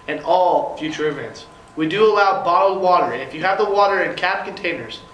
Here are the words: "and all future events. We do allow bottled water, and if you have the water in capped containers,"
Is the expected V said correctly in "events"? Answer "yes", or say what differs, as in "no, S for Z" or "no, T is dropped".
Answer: yes